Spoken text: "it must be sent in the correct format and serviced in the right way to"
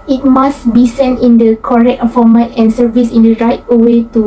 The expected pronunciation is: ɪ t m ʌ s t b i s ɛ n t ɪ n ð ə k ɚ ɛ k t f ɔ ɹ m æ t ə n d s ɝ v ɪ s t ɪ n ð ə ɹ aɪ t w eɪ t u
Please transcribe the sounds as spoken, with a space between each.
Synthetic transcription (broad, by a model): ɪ t m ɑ s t b i s ɛ n t ɪ n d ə k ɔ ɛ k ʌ f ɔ m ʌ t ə n s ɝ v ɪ s ɪ n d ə ɹ aɪ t w eɪ t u